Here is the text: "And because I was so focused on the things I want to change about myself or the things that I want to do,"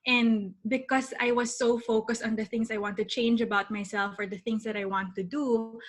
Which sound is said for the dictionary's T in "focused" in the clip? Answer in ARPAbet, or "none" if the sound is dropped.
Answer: T